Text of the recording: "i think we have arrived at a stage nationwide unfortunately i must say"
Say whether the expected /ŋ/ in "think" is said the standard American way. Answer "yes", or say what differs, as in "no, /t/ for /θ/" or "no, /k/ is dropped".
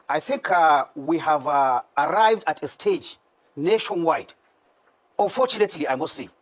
yes